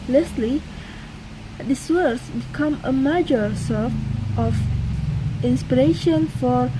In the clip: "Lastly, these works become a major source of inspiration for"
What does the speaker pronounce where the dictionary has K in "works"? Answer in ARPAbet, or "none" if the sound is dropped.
none